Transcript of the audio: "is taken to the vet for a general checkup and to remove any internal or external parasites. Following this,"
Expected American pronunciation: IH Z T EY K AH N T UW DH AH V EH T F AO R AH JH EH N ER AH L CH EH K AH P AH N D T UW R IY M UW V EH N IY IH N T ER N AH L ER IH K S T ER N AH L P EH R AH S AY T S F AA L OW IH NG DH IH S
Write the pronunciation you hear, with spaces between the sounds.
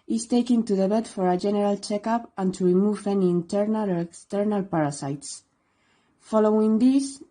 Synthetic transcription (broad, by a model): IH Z T EY K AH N T UW DH AH B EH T F AO R AH JH EH N ER AH L CH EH K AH P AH N T UW R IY M UW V EH N IY N T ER N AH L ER IH K S T ER N AH L P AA R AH S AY T S F AA L OW IH NG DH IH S